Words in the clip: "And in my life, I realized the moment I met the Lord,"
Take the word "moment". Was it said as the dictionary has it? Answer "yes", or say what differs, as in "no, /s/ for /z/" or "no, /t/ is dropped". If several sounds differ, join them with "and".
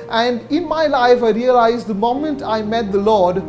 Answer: yes